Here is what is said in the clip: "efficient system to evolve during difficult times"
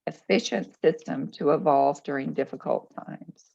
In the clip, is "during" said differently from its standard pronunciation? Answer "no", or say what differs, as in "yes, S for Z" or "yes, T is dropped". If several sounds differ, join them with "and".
no